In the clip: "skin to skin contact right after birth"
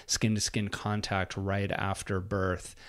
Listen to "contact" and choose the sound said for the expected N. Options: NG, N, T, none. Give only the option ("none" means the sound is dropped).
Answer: N